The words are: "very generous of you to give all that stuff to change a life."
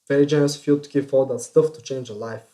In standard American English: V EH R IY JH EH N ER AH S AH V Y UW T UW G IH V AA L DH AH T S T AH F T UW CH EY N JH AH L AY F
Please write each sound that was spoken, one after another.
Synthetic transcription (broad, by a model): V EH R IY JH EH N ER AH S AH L T UW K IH F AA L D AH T S T AH F T UW CH EY N JH AH L AY F